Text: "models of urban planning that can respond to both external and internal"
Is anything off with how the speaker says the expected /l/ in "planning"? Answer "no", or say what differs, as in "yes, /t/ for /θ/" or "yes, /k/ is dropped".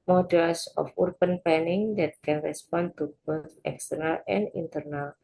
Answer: yes, /l/ is dropped